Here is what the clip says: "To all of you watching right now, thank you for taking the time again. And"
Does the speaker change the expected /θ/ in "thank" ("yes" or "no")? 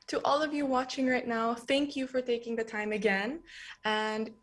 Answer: no